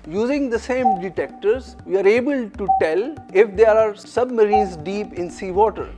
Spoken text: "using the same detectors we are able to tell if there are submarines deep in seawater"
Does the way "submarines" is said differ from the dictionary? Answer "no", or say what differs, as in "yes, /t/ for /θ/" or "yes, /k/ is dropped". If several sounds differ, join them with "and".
yes, /n/ is dropped